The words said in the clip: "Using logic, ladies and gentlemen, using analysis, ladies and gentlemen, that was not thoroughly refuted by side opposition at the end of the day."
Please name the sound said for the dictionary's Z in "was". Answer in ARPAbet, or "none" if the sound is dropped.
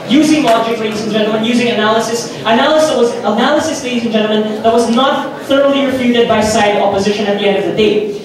Z